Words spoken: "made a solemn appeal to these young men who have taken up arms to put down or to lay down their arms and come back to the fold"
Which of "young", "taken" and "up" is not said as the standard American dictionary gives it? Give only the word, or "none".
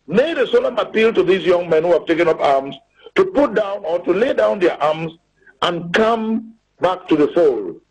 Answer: none